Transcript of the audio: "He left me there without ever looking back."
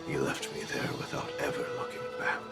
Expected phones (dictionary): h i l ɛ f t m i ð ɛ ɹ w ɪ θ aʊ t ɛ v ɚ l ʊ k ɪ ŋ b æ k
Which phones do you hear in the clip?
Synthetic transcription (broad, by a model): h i l ɛ f t m i ð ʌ ɹ w ɪ θ aʊ t ɛ v ɚ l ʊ k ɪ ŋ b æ